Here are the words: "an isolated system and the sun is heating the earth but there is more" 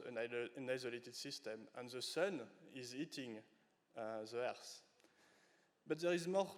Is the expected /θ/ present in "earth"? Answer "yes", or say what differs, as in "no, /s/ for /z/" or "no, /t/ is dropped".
no, /s/ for /θ/